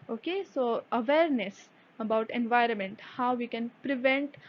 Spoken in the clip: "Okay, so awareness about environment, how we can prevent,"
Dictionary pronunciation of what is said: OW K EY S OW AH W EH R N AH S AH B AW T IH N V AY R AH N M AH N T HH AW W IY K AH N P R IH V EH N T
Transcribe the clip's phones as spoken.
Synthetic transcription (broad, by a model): OW K EY S OW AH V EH R N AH S AH B AW T IH N V AY R AH N M AH N T HH AW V IY K AH N P R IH V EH N T